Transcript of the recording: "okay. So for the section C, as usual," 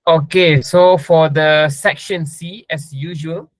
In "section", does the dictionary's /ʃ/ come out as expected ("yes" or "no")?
yes